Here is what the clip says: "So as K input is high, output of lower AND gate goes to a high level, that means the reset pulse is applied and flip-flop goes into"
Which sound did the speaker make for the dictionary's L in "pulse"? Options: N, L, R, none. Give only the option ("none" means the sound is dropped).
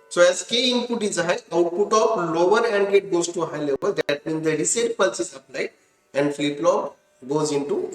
L